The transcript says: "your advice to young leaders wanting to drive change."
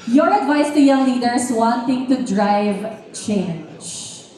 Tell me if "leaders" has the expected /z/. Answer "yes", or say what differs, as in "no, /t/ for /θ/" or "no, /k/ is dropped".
no, /s/ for /z/